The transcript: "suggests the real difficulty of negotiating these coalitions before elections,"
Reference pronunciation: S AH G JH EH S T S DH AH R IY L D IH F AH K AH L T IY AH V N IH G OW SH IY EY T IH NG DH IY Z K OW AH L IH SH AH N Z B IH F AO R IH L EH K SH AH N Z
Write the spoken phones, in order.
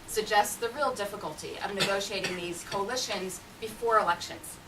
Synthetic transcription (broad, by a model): S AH G JH EH S T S DH AH R IY L D IH F AH K AH L T IY AH V N IH G OW SH IY EY T IH NG DH IY Z K OW AH L IH SH AH N Z B IH F AO R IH L EH K SH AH N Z